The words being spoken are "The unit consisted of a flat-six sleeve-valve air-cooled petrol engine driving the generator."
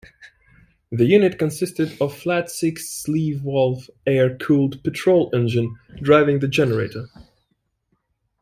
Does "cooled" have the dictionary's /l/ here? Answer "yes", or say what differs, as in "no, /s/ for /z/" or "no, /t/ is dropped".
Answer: yes